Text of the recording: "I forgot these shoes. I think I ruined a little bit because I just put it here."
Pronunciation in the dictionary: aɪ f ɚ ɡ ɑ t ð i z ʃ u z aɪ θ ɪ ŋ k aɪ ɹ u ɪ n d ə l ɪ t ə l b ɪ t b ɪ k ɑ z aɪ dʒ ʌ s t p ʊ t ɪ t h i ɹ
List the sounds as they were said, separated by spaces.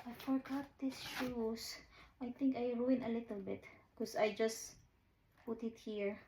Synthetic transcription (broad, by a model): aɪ f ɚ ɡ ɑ t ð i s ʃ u s aɪ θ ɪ ŋ k aɪ ɹ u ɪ n ə l ɪ t ə l b ɪ t k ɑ s aɪ dʒ ʌ s t p ʊ t ɪ t h i ɹ